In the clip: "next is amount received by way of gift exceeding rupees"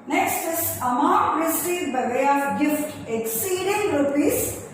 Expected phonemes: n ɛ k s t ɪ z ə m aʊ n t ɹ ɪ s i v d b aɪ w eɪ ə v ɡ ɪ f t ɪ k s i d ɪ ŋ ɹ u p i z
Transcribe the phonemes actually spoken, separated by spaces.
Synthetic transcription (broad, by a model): n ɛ k s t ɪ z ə m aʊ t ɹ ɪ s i d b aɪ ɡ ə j ɡ ɪ f t ɪ k s i d ɪ ŋ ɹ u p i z